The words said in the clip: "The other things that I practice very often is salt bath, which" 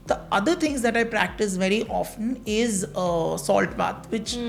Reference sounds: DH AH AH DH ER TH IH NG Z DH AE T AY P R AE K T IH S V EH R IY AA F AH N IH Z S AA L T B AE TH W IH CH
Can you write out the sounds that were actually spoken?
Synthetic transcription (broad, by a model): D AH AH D ER T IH NG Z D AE T AY P R AE K T IH S V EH R IY AA F AH N IH Z S AA L T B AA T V IH CH